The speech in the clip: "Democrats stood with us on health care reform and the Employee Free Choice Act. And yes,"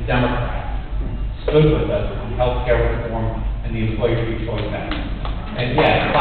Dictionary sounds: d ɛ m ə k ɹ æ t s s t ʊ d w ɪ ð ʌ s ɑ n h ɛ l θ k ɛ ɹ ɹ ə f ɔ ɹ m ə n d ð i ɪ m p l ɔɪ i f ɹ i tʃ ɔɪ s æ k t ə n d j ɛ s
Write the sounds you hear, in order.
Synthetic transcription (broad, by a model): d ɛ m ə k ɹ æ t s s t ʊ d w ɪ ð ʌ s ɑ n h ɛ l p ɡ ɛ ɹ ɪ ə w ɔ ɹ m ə n ð i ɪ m p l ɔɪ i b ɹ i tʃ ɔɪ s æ t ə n j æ